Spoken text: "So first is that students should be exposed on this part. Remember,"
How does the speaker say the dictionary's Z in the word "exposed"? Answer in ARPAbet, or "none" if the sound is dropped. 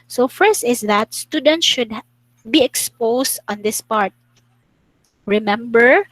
S